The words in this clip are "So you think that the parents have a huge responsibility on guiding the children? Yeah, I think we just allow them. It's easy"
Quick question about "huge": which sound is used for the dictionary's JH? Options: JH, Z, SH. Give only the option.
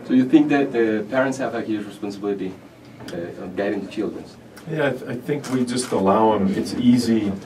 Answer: Z